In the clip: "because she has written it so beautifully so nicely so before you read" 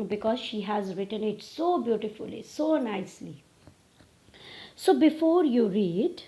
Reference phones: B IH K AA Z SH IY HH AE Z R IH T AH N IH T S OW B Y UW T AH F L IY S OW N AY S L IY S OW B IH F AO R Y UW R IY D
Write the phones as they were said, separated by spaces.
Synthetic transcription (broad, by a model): B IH K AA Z SH IY HH AE Z R IH T AH N IH T S OW B Y UW T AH F L IY S OW N AY S L IY S OW B IH F AO R Y UW R IY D